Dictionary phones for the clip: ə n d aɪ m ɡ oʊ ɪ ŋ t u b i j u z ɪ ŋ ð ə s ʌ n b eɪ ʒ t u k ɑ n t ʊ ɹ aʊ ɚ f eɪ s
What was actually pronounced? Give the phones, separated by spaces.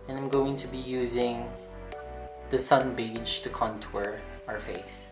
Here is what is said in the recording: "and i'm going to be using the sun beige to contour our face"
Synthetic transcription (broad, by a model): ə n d aɪ m ɡ oʊ ɪ ŋ t u b i j u z ɪ ŋ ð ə s ʌ n b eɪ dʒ t u k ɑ n t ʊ ɹ aʊ ɚ f eɪ s